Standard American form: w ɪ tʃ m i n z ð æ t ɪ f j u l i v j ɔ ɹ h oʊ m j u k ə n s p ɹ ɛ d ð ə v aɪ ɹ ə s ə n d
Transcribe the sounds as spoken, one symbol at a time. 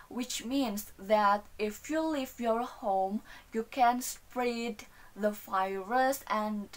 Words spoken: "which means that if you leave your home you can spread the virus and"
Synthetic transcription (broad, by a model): w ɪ tʃ m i n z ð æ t ɪ f j u l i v j ɔ ɹ h oʊ m j u k ə n s p ɹ ɛ d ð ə f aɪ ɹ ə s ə n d